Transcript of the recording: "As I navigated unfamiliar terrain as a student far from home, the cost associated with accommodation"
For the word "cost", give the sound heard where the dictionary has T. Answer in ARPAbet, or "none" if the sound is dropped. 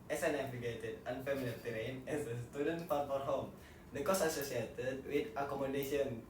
none